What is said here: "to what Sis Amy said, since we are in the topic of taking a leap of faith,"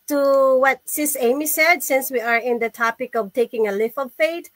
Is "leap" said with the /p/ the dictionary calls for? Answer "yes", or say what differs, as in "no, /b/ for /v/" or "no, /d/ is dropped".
no, /f/ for /p/